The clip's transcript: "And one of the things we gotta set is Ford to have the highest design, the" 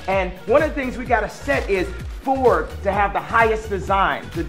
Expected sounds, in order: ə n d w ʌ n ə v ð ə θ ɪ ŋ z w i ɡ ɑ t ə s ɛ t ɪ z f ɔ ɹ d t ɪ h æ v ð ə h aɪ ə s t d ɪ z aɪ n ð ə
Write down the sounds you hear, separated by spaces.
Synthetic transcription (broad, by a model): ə n w ʌ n ə v ð ə θ ɪ ŋ z w i ɡ ɑ t ə s ɛ t ɪ z f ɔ ɹ d t ɪ v ð ə h aɪ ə s d ɪ z aɪ n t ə